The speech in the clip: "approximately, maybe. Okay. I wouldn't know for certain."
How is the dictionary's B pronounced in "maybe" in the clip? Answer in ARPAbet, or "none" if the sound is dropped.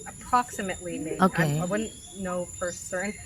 none